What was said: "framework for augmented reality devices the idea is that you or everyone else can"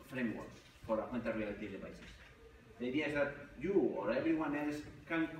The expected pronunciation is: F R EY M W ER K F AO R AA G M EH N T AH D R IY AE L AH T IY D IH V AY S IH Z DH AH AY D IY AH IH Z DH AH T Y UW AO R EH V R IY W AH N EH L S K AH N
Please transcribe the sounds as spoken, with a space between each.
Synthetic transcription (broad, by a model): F R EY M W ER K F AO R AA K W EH N T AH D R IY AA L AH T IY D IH P AY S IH S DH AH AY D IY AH IH Z DH AH T Y UW AO R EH B R IY W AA N EH L S K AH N